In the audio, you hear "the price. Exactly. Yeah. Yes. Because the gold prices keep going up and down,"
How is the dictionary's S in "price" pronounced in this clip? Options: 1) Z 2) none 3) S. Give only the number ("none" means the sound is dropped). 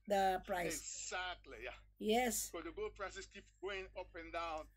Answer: 2